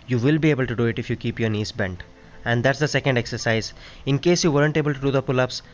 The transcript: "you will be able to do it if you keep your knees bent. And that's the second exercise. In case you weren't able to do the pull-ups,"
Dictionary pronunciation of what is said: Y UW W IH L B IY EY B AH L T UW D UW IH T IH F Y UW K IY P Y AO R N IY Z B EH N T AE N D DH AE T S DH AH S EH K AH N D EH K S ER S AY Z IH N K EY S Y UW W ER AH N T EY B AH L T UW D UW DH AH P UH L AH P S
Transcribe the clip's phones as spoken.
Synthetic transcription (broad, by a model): Y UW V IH L B IY EY B AH L T UW D UW IH T IH F Y UW K IY P Y AO R N IY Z B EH N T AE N D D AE T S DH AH S EH K AH N D EH K S ER S AY Z IH N K EY S Y UW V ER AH N T EY B AH L T UW D UW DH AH P UH L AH P S